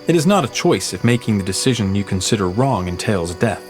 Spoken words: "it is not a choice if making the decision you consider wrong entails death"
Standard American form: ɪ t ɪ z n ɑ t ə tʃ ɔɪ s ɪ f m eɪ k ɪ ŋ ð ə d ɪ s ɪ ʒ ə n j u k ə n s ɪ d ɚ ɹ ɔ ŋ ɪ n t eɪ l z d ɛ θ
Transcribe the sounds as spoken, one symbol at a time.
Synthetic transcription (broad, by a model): ɪ t ɪ z n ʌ t ə tʃ ɔɪ s ɪ f m eɪ k ɪ ŋ ð ə d ɪ s ɪ ʒ ə n j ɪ k n s ɪ d ɚ ɹ ɔ ŋ ɪ n t eɪ l z d ɛ θ